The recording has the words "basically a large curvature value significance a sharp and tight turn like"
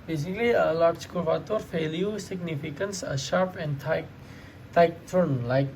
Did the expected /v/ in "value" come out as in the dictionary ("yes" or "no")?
no